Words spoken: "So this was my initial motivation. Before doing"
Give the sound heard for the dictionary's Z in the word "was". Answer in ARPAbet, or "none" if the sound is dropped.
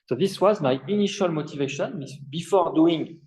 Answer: Z